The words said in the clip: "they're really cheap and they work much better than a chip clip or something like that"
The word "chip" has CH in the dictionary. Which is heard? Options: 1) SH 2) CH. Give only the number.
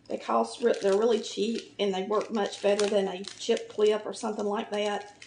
2